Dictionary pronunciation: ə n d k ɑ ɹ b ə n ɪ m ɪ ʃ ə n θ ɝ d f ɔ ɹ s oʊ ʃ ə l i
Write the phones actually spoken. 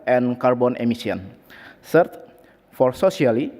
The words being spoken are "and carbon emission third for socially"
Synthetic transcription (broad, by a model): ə n k ɑ ɹ b ə n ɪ m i s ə n s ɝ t f ɔ ɹ s oʊ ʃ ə l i